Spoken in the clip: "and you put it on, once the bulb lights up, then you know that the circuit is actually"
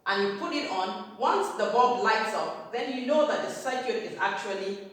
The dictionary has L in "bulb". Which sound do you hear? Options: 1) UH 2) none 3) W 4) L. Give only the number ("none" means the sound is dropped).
2